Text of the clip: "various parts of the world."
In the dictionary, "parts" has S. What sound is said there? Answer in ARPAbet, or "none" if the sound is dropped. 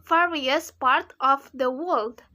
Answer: none